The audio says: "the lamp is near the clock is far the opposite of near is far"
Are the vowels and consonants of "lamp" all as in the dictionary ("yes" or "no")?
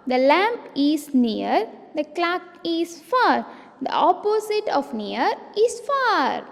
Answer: yes